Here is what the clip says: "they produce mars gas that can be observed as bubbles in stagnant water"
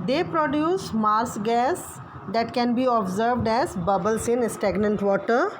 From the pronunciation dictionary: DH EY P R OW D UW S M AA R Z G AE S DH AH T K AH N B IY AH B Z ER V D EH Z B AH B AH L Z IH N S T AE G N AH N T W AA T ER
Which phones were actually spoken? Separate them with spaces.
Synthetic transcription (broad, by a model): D EY P R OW D UW S M AA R S G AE S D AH T K AH N B IY AH B Z ER V D EH Z B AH B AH L S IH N S T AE G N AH N T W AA T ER